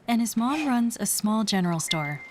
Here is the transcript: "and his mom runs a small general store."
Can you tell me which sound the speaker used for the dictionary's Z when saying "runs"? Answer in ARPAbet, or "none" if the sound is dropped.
Z